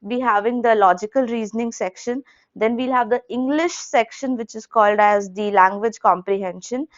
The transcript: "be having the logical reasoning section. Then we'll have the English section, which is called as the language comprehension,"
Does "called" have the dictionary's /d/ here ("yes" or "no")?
yes